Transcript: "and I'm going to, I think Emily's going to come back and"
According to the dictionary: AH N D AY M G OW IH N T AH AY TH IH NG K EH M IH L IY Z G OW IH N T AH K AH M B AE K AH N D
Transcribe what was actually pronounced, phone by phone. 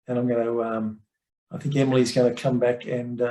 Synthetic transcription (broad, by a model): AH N AY M G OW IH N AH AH AY TH IH NG K EH M IH L IY Z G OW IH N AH K AH M B AE K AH N